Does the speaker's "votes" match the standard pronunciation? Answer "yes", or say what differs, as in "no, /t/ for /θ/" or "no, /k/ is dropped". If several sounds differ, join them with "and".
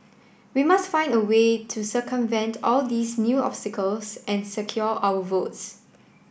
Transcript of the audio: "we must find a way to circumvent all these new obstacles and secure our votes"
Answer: yes